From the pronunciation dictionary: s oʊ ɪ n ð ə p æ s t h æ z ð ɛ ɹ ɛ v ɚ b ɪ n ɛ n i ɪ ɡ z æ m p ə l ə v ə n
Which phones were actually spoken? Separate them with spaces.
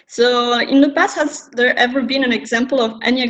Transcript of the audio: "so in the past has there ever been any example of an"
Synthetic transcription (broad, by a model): s oʊ ɪ n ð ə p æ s h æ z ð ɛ ɹ ɛ v ɚ b ɪ n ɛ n ɪ ɡ z æ m p ə l ə v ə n